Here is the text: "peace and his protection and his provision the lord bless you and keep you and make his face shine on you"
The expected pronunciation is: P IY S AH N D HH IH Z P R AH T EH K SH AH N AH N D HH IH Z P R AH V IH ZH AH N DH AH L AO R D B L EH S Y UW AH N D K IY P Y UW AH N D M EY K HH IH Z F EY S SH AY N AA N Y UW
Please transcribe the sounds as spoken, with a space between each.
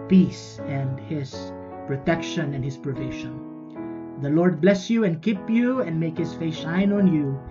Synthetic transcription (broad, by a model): P IY S AH N D HH IH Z P R AH T EH K SH AH N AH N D HH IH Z P R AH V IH SH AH N DH AH L AO R D B L EH S Y UW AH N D K IY P Y UW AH N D M EY K HH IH S F EY S SH AY N AA N Y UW